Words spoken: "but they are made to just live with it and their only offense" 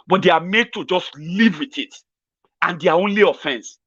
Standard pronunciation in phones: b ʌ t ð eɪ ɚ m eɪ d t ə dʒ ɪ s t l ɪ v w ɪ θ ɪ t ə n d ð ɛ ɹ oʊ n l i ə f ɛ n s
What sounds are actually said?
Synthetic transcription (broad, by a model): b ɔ t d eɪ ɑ m eɪ d t ə dʒ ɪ s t l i v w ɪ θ ɪ t ə n d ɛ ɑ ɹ oʊ n l i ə f ɛ n s